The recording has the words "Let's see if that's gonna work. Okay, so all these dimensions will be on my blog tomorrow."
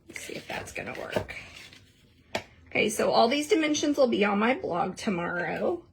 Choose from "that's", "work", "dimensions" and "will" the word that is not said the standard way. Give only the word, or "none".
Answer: none